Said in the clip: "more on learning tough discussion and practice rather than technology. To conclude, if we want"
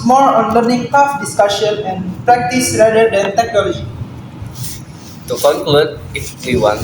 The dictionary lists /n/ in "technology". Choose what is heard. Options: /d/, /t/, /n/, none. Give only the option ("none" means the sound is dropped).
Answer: none